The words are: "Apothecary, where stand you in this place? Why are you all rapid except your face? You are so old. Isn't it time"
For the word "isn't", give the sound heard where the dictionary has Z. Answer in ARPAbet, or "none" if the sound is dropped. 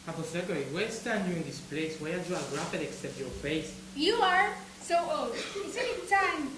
S